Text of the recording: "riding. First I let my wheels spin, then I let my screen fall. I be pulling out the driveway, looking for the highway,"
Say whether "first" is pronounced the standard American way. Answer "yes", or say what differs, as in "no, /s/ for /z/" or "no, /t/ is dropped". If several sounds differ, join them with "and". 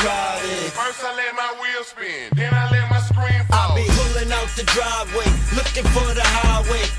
no, /t/ is dropped